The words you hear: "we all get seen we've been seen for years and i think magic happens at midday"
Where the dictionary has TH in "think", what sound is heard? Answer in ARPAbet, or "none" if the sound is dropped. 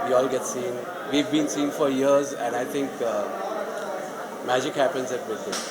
T